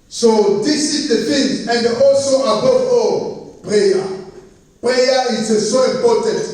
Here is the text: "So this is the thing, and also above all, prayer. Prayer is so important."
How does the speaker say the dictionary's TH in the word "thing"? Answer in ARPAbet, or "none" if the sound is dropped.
F